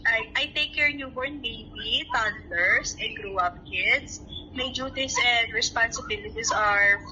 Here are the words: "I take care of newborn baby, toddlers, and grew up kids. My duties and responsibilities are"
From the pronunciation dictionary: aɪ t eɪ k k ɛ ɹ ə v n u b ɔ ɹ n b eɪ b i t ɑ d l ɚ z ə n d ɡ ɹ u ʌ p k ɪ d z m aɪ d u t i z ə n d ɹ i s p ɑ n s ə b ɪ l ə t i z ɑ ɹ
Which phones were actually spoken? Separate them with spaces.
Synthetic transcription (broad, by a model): aɪ t eɪ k k ɛ ɹ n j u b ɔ ɹ n b eɪ b i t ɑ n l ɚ s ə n ɡ ɹ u ʌ p k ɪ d s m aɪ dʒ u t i s ə n d ɹ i s p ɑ n s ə b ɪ l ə t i s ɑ ɹ